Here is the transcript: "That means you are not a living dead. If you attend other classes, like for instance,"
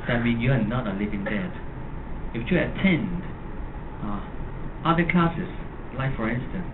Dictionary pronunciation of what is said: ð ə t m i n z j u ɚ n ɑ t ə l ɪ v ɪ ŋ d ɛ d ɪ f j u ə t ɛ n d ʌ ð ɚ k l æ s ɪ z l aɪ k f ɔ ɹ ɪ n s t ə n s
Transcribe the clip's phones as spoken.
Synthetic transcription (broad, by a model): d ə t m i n j u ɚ n ɑ t ə l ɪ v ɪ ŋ d ɛ d ɪ f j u ə t ɛ n d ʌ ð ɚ k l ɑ s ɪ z l aɪ f ɔ ɹ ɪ n s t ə n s